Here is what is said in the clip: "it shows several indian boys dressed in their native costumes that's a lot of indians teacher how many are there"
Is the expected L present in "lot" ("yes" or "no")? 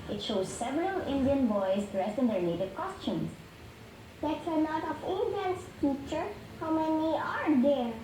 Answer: no